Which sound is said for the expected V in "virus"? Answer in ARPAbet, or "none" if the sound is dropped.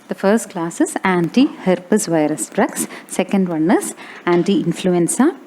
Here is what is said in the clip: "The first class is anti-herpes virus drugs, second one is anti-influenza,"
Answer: V